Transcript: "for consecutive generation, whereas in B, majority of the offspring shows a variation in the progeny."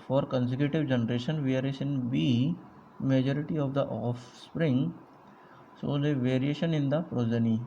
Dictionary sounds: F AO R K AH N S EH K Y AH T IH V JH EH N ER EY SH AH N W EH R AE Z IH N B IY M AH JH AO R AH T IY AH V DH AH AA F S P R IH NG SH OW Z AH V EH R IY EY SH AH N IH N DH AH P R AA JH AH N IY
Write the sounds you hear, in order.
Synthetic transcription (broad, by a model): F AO R K AH N S EH K Y AH T IH V JH EH N ER EY SH AH N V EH R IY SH IH N B IY M AH JH AO R AH T IY AH V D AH AA F S P R IH NG S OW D AH V EH R IY EY SH AH N IH N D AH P R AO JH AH N IY